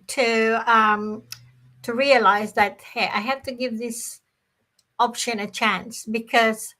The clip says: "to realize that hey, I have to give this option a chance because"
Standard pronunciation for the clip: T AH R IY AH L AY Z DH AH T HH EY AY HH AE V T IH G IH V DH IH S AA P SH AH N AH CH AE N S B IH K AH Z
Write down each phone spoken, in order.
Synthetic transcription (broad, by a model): T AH R IY AH L AY Z DH AH T HH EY AY HH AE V T IH G IH V DH IH S AA P SH AH N AH CH AE N S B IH K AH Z